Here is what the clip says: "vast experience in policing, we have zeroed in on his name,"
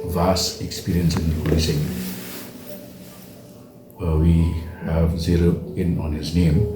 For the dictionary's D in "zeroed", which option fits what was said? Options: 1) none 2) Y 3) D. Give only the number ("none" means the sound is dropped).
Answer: 1